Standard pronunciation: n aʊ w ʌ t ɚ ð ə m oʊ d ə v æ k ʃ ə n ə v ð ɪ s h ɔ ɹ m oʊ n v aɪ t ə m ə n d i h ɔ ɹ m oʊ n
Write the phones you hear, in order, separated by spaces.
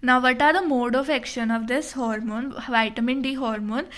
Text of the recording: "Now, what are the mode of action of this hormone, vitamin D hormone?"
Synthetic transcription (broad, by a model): n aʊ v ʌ t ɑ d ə m oʊ d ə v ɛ k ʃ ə n ə v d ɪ s h ɔ ɹ m oʊ n v aɪ t ə m ə n d i h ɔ ɹ m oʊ n